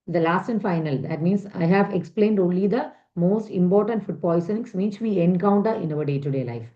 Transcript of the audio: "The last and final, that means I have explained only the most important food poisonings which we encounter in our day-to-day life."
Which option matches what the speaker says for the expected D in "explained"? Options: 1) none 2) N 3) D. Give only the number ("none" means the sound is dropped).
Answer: 3